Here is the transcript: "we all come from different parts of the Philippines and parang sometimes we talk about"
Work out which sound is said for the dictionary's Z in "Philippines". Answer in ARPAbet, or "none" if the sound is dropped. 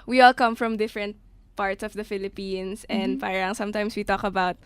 S